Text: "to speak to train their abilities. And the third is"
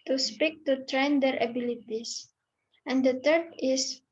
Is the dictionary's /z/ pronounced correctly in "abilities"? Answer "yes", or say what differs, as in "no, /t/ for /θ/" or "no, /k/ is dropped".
no, /s/ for /z/